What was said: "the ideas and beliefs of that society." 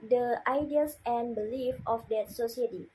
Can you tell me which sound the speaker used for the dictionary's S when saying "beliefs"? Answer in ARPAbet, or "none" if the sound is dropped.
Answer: none